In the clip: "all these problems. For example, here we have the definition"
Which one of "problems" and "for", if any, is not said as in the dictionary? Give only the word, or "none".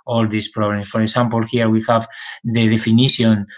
problems